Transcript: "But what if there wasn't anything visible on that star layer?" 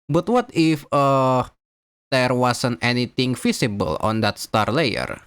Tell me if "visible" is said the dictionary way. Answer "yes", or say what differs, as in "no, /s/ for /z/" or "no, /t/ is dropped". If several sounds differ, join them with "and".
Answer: no, /f/ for /v/